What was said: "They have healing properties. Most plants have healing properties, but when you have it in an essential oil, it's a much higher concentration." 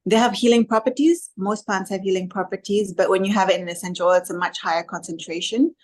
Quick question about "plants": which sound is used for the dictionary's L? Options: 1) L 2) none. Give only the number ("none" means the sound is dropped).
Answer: 2